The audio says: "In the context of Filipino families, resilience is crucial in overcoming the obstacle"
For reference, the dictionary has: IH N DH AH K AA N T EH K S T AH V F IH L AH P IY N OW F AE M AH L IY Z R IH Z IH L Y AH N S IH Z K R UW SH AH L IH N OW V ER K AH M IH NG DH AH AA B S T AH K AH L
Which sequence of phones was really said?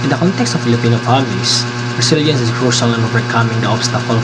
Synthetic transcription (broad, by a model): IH N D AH K AA N T EH K S T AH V F IH L AH P IY N OW P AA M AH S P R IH S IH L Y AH N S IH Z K R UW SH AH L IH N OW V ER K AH M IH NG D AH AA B S T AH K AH L